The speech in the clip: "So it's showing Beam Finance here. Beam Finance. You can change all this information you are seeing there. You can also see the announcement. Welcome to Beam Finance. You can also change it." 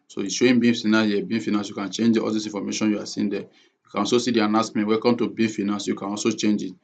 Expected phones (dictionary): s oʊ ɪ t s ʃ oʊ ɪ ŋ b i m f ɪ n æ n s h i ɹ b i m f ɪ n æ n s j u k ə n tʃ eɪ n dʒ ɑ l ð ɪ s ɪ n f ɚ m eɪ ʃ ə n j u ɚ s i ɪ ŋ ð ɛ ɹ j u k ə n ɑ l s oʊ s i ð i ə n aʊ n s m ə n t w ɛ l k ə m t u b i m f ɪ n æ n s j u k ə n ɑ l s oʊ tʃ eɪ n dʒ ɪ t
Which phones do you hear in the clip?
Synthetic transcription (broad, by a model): s oʊ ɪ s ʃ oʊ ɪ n b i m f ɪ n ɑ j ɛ b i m f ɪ n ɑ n s j u k ə n tʃ eɪ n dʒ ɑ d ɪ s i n f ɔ m eɪ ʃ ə n j u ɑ s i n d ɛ j u k ə n ɑ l s oʊ s i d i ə n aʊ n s m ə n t w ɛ k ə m t u b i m f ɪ n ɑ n s j u k ə n ɑ l s oʊ tʃ eɪ n dʒ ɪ t